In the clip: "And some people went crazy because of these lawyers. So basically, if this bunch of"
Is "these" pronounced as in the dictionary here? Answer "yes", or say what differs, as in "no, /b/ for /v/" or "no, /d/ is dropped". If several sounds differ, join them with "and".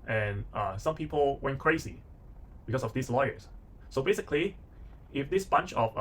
no, /s/ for /z/